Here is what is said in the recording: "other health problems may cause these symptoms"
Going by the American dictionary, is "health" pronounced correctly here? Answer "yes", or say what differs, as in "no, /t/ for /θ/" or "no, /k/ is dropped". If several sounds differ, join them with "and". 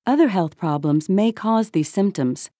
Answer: yes